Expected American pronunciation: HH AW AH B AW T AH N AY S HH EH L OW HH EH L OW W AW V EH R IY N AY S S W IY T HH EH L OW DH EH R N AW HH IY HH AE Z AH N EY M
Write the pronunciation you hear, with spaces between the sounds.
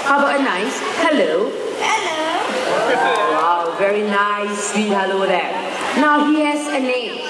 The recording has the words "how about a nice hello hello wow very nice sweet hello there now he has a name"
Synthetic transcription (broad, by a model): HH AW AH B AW AH N AY S HH EH L OW HH EH L OW W AW V EH R IY N AY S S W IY HH EH L OW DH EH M N AW HH IY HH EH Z AH N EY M